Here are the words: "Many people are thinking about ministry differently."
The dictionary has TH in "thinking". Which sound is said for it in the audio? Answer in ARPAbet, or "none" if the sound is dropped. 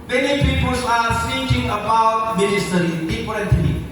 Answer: S